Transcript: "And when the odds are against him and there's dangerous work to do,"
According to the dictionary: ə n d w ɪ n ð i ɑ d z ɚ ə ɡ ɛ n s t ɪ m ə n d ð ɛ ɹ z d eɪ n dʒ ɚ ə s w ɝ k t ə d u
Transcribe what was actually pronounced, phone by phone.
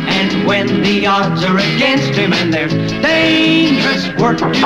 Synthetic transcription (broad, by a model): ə n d w ɪ n ð i ɑ d z ɚ ə ɡ ɛ n s t ɪ m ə n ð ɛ ɹ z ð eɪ dʒ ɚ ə s w ɝ k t